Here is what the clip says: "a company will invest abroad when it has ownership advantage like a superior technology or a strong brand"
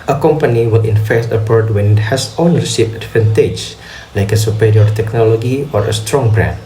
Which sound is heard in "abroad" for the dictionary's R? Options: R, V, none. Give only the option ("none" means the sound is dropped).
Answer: none